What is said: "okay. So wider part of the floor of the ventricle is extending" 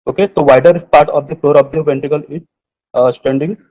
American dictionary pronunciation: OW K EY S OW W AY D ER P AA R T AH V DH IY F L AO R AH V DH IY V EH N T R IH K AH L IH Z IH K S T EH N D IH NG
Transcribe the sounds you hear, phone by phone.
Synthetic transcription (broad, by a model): OW K EY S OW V AY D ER P AA R T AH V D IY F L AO R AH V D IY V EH N T IH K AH L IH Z S T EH N D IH NG